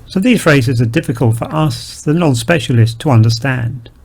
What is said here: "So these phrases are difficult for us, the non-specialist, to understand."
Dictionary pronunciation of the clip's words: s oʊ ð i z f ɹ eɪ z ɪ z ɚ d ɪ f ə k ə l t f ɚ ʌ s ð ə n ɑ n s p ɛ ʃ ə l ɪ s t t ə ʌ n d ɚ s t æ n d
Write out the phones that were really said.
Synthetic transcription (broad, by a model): s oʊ ð i z f ɹ eɪ z ɪ z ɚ d ɪ f ə k ə l t f ɚ ʌ s ð ə n ɑ n s p ɛ ʃ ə l ɪ s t t ə ʌ n d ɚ s t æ n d